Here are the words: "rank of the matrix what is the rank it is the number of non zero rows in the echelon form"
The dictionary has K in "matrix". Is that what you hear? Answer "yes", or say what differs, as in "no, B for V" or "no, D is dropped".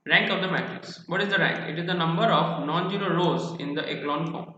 no, K is dropped